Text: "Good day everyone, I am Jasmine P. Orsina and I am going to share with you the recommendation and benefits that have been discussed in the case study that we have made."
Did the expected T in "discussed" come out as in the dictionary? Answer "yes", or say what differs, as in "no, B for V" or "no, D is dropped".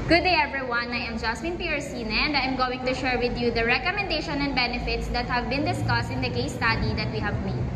yes